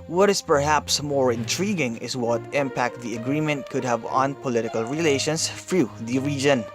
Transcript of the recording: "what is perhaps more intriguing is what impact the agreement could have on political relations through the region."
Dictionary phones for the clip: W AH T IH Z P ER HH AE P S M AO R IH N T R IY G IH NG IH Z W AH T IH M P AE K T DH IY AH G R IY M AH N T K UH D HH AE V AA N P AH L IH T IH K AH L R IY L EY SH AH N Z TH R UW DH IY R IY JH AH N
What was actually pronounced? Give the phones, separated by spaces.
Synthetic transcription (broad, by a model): W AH T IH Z P ER HH AE P S M AO R IH N T R IY G IH NG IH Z W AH T IH M P AE K T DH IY AH G R IY M AH N T K UH D HH AE V AA N P AH L IH T IH K AH L R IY L EY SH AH N S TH R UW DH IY R IY JH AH N